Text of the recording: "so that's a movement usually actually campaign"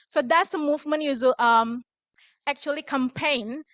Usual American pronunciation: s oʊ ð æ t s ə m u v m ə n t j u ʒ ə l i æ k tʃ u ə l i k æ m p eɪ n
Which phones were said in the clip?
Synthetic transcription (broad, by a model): s oʊ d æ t s ə m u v m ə n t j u z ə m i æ k tʃ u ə l i k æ m p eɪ n